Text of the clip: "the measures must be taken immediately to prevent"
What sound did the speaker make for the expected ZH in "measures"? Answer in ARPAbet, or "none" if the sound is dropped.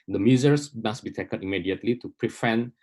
Z